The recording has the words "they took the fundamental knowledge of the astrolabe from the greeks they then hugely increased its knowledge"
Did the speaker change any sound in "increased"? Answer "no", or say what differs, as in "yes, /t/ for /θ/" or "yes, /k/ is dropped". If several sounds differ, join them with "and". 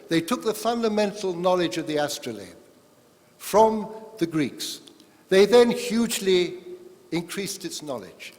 no